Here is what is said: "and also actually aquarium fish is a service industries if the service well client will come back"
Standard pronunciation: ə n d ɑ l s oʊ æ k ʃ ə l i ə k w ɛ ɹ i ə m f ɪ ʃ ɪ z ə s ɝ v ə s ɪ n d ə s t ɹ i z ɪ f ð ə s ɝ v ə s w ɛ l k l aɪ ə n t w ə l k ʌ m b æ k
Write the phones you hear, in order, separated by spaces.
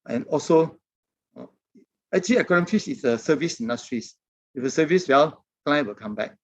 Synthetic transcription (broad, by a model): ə n ɑ l s oʊ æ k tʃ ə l i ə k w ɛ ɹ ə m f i s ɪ s ə s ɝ v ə s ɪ n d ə s t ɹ i s ɪ f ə s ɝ v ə s w ɛ l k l aɪ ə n w ə l k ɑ m b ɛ k